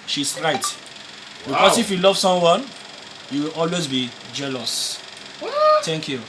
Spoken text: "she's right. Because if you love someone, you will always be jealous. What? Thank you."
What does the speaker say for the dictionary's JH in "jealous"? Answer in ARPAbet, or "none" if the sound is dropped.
JH